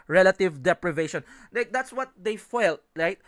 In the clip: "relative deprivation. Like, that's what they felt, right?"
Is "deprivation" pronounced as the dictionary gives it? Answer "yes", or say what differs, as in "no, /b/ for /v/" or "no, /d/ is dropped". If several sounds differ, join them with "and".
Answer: yes